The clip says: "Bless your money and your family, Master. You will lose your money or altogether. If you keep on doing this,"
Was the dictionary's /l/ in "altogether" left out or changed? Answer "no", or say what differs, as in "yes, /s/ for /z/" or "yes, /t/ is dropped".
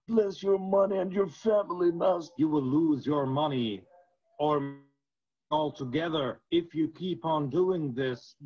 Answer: no